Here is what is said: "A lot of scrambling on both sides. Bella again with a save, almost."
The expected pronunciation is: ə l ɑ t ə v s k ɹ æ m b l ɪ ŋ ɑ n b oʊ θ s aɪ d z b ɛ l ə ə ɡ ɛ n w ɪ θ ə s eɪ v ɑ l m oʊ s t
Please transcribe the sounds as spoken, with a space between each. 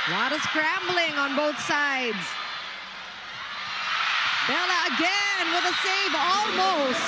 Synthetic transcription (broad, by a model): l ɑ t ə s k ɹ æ m b l ɪ ŋ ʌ n b oʊ θ s aɪ d z b ɛ l ə ə ɡ ɛ n w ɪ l ə s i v ɑ l m oʊ s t